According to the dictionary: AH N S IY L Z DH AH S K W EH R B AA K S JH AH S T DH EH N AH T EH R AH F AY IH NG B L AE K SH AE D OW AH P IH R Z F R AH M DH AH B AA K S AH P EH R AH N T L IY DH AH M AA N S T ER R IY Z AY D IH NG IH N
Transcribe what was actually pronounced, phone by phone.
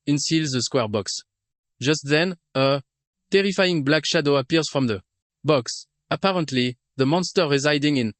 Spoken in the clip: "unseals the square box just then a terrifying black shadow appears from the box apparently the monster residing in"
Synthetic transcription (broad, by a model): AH N S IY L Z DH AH S K W EH R B AA K S JH AH S T DH EH N AH T EH R AH F AY IH NG B L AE K SH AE D OW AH P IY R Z F R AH M DH AH B AA K S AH P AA R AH N T L IY DH AH M AA N S T ER R IY Z AY D IH NG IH N